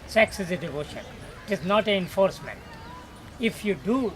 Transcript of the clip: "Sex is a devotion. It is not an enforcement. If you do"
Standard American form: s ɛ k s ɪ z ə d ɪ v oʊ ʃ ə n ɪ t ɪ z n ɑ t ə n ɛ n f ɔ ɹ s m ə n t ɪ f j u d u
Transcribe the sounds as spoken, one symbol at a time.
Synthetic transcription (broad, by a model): s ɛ k s ɪ z ə d ɪ v oʊ ʃ ə n ɪ t ɪ z n ɑ t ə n ɛ n f ɔ ɹ s m ə n t ɪ f j u d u